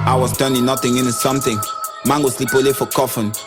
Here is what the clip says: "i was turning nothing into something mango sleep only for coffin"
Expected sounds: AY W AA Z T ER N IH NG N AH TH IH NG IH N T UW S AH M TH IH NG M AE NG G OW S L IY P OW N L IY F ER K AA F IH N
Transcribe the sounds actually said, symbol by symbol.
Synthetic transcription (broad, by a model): AY W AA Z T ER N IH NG N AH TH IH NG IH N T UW S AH M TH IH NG M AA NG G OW S L IY P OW L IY F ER K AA F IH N